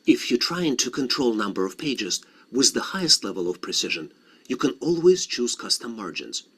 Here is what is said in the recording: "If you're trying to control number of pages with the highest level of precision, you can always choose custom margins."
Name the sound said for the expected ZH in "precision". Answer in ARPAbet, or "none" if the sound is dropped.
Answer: ZH